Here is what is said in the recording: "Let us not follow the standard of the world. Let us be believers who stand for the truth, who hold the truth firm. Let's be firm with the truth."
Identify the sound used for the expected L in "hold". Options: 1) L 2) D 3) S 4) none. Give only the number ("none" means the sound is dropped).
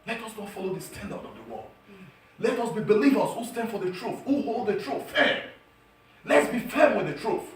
1